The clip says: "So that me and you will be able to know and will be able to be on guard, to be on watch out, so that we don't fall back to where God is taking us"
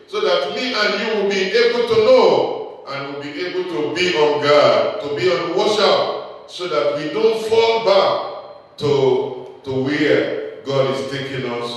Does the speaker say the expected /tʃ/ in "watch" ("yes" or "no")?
no